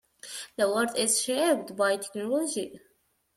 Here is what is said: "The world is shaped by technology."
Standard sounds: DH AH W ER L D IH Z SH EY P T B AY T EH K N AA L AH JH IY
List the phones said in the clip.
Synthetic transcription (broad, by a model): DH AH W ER D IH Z SH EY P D B AY T EH K N AA L AH JH IY